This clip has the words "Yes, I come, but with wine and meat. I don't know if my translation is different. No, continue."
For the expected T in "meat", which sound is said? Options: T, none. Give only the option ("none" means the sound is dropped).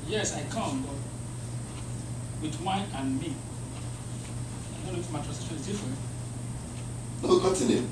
none